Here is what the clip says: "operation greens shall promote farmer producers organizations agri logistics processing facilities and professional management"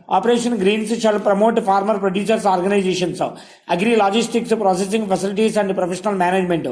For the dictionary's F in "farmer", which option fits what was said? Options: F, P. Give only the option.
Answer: P